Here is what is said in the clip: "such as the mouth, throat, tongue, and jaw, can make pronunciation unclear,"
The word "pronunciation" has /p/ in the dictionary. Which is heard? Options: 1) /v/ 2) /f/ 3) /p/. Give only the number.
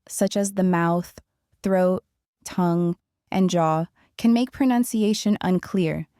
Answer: 3